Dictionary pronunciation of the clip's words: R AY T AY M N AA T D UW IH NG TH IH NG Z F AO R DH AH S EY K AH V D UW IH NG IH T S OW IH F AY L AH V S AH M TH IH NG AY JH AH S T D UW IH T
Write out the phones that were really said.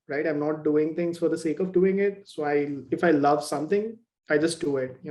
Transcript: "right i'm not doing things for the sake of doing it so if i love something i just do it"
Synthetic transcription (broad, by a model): R AY T AY M N AA T D UW IH NG T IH NG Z F AO R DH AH S EY K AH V D UW IH NG IH T S OW IH F AY L AH V S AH M T IH NG AY JH AH S T D UW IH T